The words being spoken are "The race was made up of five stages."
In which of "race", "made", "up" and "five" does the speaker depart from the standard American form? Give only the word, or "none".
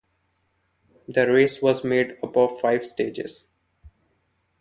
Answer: up